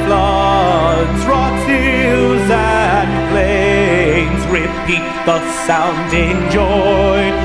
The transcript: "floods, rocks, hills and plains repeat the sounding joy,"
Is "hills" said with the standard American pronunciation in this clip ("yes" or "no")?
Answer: no